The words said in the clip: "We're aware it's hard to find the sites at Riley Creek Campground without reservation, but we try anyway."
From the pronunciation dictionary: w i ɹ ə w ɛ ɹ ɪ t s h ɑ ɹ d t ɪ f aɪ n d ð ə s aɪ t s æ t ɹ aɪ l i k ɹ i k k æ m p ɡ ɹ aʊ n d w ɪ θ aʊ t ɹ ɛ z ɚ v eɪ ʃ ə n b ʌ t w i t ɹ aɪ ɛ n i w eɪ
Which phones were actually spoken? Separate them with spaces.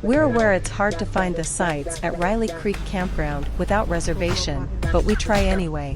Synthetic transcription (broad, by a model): w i ɹ ə w ɛ ɹ ɪ t s h ɑ ɹ d t ɪ f aɪ n ð ə s aɪ t s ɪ t ɹ aɪ l i k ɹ i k k æ m p ɡ ɹ aʊ n d w ɪ θ aʊ t ɹ ɛ z ɚ v eɪ ʃ ə n b ʌ t w i t ɹ aɪ ɛ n i w eɪ